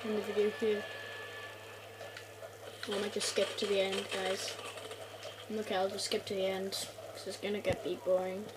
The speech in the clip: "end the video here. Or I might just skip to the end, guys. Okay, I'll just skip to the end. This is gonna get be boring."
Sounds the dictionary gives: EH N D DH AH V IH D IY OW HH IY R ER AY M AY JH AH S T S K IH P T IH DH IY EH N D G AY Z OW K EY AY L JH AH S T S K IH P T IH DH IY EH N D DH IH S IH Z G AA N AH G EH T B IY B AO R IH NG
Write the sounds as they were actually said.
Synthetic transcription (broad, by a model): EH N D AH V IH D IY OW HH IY W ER M AY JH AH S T S K IH P T IH DH IY EH N D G AY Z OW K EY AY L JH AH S S K IH P T IH DH IY EH N D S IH IH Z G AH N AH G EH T B IY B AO R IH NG